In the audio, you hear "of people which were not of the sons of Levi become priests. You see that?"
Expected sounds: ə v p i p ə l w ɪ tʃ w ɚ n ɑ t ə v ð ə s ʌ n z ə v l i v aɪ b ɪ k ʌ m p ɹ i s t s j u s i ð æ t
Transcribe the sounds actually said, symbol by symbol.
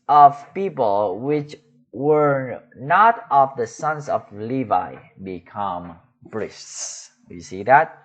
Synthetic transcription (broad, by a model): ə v p i p ə l w ɪ tʃ w ɚ n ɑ t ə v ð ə s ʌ n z ə v l i v aɪ b ɪ k ʌ m b ɹ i s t s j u s i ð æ t